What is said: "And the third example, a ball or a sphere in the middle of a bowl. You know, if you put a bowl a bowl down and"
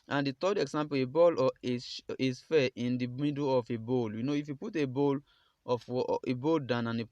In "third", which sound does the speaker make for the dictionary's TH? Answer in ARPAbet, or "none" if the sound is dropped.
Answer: T